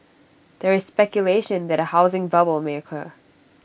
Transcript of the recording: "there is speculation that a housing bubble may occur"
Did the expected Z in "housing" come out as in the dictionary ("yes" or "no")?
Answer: yes